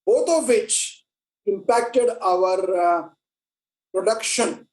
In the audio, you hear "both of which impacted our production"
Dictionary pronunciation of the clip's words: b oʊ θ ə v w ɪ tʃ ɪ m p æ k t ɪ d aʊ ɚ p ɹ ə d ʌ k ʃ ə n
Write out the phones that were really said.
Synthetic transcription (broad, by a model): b oʊ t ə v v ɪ tʃ ɪ m p æ k t ɪ d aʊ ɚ p ɹ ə d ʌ k ʃ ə n